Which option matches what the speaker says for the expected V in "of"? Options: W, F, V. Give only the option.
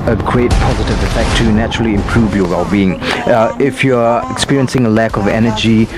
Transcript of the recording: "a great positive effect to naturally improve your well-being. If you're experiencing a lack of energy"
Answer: V